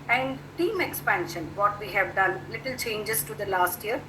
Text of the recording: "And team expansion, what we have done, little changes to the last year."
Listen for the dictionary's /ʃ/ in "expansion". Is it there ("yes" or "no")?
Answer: yes